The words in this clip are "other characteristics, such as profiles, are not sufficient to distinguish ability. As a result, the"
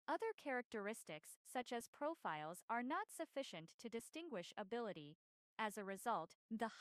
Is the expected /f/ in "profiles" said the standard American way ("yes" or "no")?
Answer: yes